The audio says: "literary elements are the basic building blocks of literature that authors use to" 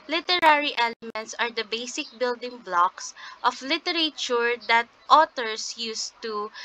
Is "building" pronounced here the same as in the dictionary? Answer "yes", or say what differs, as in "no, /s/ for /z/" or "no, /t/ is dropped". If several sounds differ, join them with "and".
yes